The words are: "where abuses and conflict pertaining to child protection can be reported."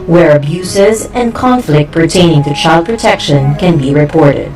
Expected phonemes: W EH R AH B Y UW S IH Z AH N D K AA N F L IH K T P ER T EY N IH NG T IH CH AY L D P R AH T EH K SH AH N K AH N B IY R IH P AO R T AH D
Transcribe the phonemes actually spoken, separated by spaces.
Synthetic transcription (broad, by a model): W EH R AH B Y UW S IH Z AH N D K AA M F L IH K T P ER T EY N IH NG T IH CH AY L D P R AH T EH K SH AH N K AH N B IY R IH P AO R T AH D